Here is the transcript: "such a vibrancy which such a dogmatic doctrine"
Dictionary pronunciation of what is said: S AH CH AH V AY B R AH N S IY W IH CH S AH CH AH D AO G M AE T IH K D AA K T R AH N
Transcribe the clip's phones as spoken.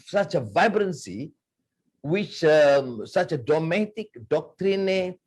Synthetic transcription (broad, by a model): S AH CH AH V AY B R AH N S IY W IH CH S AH CH AH D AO M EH T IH K D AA K T R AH N